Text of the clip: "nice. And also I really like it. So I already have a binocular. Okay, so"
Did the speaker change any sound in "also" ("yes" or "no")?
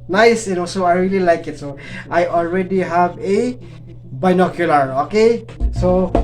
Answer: yes